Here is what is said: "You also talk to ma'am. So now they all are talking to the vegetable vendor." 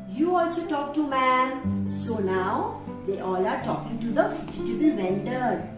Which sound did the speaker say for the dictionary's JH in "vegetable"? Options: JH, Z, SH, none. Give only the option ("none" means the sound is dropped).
none